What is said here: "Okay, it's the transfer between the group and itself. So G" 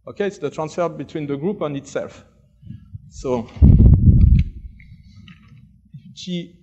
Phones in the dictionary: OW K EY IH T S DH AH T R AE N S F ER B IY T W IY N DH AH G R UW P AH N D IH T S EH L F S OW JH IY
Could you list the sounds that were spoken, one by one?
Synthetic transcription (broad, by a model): OW K EY IH T S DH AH T R AE N S F ER B IY T W IY N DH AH G R UW P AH N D IH T S EH L F S OW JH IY